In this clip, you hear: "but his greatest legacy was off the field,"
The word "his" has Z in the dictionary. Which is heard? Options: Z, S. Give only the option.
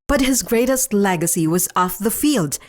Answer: Z